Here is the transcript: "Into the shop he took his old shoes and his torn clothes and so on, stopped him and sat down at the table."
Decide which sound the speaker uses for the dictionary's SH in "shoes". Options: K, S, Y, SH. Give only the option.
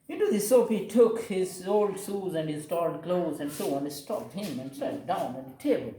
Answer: S